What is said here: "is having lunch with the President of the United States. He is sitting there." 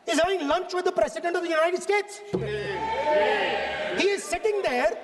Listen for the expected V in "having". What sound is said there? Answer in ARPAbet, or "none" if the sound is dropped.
none